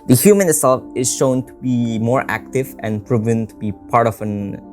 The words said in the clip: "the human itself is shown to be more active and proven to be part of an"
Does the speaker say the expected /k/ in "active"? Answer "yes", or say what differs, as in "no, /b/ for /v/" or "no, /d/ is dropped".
yes